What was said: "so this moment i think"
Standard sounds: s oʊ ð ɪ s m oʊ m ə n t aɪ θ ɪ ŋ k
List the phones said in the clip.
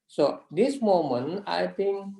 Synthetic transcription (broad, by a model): s oʊ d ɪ s m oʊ m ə n aɪ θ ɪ ŋ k